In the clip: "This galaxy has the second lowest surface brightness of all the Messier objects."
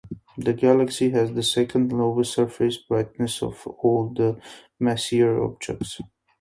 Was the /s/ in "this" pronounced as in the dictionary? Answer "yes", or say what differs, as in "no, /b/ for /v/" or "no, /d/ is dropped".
no, /s/ is dropped